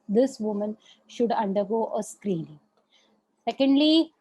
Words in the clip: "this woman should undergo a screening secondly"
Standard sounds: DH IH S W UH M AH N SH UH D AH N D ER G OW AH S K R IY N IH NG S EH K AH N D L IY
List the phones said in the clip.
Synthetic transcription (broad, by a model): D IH S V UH M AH N SH UH D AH N D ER G OW AH S K R IY N IH NG S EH K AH N D L IY